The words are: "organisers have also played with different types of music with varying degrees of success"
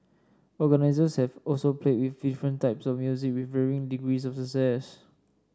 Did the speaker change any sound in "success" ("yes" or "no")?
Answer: yes